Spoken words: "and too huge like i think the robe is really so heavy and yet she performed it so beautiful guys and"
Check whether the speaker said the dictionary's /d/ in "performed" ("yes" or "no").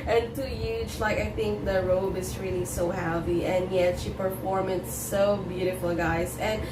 no